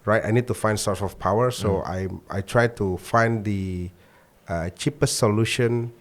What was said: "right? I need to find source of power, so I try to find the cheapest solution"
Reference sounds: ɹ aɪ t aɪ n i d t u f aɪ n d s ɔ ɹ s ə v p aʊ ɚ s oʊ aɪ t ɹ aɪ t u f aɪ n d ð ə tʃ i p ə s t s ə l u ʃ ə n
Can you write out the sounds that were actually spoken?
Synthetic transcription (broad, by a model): ɹ aɪ t aɪ n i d t u f aɪ n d s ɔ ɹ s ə f p aʊ ɚ s oʊ aɪ t ɹ aɪ t u f aɪ n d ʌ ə tʃ i p ə s t s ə l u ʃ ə n